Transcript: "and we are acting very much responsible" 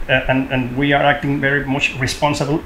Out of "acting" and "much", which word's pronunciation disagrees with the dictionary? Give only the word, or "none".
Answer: none